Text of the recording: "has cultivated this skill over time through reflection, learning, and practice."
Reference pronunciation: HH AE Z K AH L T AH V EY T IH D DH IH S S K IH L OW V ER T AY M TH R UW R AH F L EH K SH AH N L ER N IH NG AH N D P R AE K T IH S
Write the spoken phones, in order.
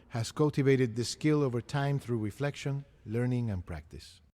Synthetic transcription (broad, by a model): HH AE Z K AH L T AH V EY T IH D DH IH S S K IH L OW V ER T AY M TH R UW R AH F L EH K SH AH N L ER N IH NG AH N P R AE K T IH S